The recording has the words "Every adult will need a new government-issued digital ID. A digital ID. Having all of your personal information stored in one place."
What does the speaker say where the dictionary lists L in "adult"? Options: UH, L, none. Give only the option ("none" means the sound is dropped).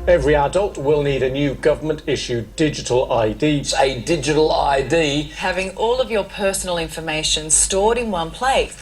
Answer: L